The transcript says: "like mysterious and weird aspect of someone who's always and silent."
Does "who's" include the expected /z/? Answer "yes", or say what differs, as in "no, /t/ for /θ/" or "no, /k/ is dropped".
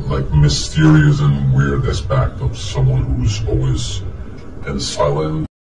yes